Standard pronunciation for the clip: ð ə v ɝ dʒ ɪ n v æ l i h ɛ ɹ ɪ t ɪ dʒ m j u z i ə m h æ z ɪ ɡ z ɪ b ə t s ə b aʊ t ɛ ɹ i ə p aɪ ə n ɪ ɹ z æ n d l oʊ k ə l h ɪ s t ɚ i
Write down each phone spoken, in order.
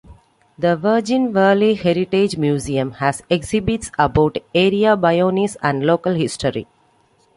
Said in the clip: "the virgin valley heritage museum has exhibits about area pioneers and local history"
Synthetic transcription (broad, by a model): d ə v ɝ dʒ ɪ n v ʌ l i h ɛ ɹ ɪ t ɪ dʒ m j u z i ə m h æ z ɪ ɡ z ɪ b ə t s ə b aʊ t ɛ ɹ i ə b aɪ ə n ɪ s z æ n d l oʊ k ə l h ɪ s t ɚ i